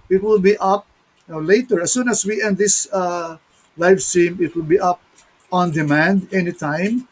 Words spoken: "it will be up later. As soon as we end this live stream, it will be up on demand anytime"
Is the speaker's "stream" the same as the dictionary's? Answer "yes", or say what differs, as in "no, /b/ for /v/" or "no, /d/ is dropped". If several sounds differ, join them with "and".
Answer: no, /ɹ/ is dropped